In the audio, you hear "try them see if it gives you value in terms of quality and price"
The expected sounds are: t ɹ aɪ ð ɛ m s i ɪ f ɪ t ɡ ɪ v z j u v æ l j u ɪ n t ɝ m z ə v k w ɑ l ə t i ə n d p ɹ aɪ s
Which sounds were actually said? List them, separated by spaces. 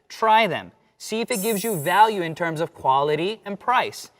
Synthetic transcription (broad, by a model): t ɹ aɪ ð ɛ m s i ɪ f ɪ t ɡ ɪ v z j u v æ l j u ɪ n t ɝ m z ə v k w ɑ l ə t i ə n p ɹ aɪ s